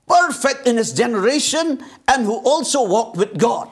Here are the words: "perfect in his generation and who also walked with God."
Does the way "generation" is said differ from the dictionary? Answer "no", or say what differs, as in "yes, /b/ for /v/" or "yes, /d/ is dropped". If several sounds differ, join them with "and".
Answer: no